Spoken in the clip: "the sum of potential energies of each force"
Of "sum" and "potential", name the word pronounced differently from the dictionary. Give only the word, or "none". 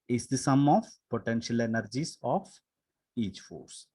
none